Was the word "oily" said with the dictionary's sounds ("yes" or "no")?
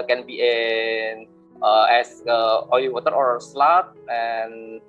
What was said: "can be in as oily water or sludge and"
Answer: no